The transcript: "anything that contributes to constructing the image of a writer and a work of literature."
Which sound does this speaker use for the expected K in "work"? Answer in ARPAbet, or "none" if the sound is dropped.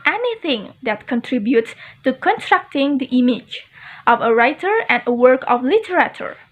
K